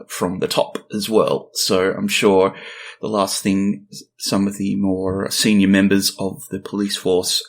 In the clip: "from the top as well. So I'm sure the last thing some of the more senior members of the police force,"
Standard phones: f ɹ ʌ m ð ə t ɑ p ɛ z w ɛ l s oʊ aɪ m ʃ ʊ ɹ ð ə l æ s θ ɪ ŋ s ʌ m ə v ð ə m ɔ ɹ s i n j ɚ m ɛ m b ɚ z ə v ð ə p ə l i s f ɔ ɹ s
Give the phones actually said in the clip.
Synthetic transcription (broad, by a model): f ɹ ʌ m ð ə t ɑ p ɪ z w ɛ l s oʊ aɪ m ʃ ʊ ɹ ð ə l æ s θ ɪ ŋ s ʌ m ə v ð ə m ɔ ɹ s i n j ɚ m ɛ m b ɚ z ə v ð ə p ə l i s f ɔ ɹ s